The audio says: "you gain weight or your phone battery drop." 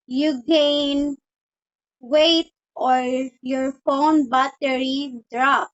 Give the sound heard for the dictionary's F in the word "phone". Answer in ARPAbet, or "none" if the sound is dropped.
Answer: F